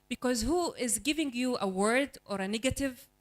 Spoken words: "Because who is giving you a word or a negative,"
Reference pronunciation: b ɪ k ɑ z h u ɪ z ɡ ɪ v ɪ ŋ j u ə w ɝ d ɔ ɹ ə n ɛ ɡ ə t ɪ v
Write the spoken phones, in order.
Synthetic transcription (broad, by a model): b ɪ k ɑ z h u ɪ z ɡ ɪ v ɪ ŋ j u ə w ɝ d ɔ ɹ ə n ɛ ɡ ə t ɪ v